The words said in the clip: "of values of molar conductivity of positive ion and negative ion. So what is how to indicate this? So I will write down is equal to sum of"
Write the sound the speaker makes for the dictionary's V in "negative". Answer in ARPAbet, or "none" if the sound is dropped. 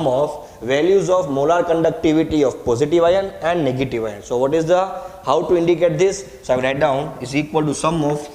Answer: V